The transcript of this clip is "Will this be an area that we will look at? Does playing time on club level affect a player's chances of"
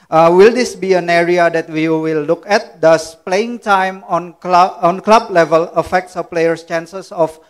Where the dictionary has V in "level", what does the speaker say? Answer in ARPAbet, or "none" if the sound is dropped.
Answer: V